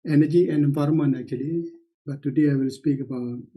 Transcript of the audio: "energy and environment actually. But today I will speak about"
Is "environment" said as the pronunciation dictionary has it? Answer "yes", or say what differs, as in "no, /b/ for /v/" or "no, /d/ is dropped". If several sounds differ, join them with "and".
no, /f/ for /v/ and /t/ is dropped